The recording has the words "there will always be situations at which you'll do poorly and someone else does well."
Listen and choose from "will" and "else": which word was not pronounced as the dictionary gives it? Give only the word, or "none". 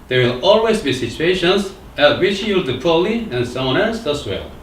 else